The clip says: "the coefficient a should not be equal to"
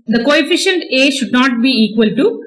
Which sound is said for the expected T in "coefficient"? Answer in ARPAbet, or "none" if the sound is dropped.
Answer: T